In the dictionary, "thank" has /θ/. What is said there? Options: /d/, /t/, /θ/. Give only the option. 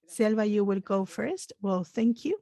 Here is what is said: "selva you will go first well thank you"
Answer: /θ/